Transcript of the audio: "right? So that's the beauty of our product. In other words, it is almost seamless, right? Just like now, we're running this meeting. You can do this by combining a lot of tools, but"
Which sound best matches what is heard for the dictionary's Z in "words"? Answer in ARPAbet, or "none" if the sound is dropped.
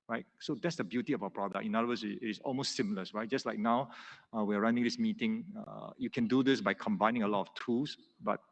S